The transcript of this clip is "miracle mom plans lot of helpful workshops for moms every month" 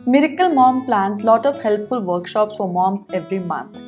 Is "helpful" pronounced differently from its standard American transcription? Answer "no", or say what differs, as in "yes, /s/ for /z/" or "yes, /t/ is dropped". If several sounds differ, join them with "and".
no